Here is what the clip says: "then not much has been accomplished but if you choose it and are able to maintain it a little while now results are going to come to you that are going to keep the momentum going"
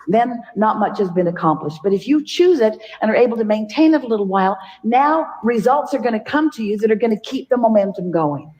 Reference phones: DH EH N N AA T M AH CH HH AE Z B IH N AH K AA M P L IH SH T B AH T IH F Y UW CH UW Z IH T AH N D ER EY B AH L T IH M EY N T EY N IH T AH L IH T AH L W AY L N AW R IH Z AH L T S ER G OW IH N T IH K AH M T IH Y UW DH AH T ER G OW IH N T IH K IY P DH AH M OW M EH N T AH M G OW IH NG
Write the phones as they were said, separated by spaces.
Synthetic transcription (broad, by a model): DH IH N N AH T M AH CH HH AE Z B IH N AH K AA M P L IH SH T B AH T IH F Y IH CH UW Z IH T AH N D ER EY B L T IH M EY N T EY N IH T AH L IH T L W AY L N AW R IH Z AH L T S ER G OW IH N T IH K AH M T IH Y UW DH AH T ER G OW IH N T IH K IY P DH AH M OW M EH N T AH M G OW IH NG